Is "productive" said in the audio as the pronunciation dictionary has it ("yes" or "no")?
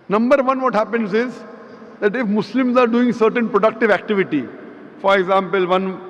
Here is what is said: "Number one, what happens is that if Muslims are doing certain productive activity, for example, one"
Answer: yes